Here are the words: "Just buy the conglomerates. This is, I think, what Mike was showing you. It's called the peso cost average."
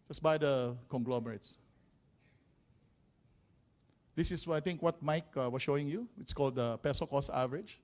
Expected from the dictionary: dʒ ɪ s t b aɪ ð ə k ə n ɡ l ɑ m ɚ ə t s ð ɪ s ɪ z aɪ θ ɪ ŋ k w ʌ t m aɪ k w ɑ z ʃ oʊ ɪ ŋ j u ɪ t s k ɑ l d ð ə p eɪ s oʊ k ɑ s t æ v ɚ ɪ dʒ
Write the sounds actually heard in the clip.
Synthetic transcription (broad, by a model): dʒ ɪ s b aɪ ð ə k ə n ɡ l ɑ m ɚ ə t s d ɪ s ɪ s aɪ t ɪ ŋ k w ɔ t m aɪ k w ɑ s ʃ oʊ ɪ ŋ j u ɪ t s k ɑ l d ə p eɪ s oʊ k ɑ s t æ v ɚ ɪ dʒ